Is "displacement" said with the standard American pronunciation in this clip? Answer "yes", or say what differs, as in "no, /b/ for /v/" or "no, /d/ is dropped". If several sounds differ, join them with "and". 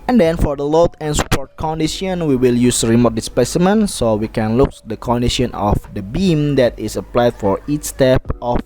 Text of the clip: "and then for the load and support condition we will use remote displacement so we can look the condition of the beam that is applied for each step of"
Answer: no, /l/ is dropped